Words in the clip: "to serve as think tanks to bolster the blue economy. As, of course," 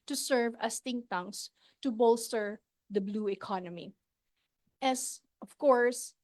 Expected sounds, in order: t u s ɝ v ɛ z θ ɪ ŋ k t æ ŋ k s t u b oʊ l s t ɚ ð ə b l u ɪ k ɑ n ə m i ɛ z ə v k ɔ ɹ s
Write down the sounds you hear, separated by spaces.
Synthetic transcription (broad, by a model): t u s ɝ v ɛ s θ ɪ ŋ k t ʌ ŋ s t u b oʊ l s t ɚ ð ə b l u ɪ k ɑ n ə m i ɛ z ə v k ɔ ɹ s